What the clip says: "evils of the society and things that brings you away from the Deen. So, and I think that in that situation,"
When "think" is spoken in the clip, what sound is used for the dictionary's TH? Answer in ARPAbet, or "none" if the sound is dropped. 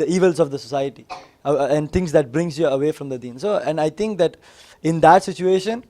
T